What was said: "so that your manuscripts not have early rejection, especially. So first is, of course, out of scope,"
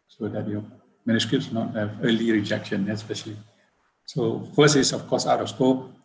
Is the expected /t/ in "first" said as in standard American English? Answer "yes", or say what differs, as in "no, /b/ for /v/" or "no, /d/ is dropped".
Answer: no, /t/ is dropped